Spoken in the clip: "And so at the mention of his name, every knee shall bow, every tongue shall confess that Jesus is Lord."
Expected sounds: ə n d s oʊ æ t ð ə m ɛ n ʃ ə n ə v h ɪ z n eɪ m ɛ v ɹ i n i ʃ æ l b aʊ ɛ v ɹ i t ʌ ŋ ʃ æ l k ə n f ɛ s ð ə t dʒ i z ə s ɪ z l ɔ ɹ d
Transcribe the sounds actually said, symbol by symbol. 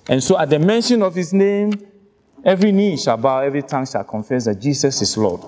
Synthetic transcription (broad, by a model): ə n s oʊ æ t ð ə m ɛ n ʃ ə n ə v h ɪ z n eɪ m ɛ v ɹ i n i ʃ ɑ l b aʊ ɛ v ɹ i t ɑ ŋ ʃ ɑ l k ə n f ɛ s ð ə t dʒ i s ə s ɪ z l ɔ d